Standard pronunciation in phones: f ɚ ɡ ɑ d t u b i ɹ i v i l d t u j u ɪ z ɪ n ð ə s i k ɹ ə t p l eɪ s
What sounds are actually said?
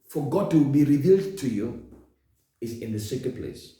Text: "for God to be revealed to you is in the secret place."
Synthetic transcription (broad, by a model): f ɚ ɡ ɑ d t u b i ɹ i v i l d t u j u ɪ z ɪ n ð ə s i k ə p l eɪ s